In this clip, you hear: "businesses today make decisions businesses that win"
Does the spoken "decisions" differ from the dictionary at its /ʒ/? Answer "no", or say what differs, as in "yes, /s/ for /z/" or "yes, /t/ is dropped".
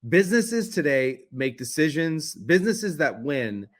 no